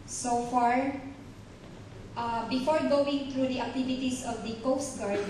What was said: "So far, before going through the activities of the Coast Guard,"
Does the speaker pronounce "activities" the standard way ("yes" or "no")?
no